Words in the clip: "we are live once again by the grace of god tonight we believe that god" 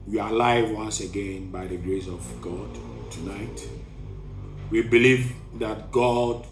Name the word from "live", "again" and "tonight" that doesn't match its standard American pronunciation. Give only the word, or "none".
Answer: none